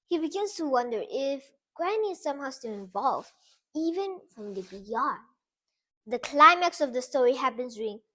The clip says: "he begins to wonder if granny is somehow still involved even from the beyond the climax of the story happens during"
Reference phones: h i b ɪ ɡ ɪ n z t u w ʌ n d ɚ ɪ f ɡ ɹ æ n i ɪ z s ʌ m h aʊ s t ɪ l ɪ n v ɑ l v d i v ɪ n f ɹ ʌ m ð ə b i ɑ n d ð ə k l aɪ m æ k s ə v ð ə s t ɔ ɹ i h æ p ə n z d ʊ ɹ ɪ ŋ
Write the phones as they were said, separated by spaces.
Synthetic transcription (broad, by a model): h i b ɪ ɡ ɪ n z t u w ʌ n d ɚ ɪ f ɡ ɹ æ n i s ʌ m h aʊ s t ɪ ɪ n v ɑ l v i v ɪ n f ɹ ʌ m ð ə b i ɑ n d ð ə k l aɪ m æ k s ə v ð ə s t ɔ ɹ i h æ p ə n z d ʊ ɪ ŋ